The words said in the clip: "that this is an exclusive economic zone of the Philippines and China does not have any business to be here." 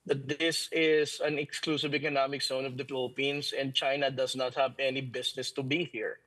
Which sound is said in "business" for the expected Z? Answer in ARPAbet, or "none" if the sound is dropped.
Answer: S